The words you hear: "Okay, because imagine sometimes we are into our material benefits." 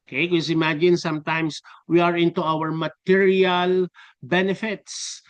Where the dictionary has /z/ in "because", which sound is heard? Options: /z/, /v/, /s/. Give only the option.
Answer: /s/